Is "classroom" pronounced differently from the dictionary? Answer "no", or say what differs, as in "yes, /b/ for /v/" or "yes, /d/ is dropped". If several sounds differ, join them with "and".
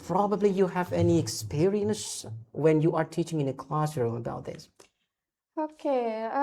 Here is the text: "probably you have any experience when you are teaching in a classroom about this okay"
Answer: no